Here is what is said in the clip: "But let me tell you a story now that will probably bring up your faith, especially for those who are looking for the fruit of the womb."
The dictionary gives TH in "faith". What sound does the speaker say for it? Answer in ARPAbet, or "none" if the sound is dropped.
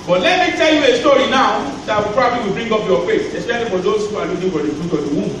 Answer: S